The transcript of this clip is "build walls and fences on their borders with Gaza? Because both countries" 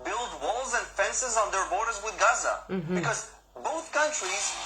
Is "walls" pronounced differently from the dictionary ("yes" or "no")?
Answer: no